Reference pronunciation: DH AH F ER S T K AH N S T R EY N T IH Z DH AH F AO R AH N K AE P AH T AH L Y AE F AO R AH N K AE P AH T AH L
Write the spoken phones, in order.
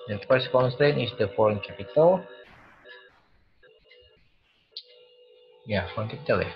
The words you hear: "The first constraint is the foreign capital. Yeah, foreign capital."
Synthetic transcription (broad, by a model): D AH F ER S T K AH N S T EY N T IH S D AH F AO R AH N K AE P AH T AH L Y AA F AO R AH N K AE P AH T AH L